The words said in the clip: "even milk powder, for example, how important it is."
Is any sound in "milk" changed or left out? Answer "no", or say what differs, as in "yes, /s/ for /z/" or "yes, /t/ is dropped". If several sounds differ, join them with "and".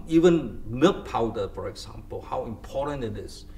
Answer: yes, /l/ is dropped